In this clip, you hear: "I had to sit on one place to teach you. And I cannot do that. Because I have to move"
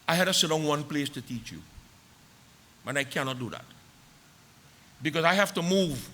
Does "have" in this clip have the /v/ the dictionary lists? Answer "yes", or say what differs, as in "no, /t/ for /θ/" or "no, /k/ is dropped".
no, /f/ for /v/